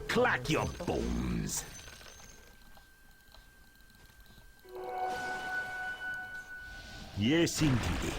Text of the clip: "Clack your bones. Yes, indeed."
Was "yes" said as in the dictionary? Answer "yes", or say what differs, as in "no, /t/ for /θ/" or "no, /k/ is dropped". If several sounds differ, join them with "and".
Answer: yes